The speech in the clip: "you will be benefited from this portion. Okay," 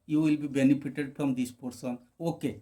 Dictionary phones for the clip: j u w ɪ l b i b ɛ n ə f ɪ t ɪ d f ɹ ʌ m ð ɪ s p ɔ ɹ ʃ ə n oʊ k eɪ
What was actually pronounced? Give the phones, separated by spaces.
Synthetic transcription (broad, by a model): j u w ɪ l b i b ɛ n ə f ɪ t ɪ d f ɹ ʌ m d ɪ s p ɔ ɹ s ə n oʊ k eɪ